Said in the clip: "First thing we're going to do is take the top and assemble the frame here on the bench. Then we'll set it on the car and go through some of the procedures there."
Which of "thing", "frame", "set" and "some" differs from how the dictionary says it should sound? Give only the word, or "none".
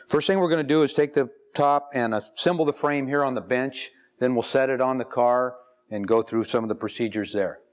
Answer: none